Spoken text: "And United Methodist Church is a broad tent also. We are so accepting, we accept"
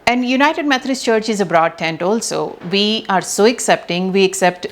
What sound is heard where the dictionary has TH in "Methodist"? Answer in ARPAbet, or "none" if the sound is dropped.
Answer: T